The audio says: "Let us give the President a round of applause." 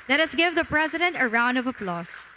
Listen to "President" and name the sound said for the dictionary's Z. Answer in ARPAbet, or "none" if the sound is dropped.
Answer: Z